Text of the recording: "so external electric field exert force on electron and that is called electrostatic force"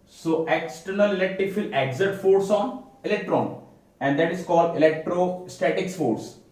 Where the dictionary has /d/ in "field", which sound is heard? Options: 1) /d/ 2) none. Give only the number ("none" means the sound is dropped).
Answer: 2